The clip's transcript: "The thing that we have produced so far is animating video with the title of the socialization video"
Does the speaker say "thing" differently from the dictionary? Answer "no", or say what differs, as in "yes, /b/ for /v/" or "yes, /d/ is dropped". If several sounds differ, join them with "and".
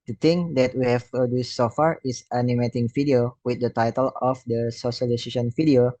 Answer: yes, /t/ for /θ/